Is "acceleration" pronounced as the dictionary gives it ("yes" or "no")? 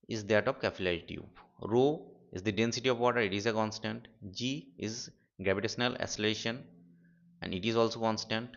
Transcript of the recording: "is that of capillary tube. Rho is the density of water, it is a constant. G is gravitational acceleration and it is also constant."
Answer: no